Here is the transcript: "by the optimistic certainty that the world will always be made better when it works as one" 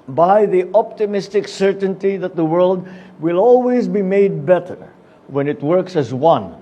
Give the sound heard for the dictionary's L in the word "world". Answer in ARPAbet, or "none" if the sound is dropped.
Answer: L